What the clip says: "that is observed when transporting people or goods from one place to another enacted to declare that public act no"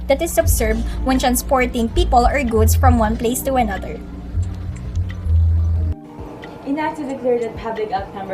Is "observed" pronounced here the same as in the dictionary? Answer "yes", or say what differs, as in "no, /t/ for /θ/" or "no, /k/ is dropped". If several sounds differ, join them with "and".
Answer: no, /s/ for /z/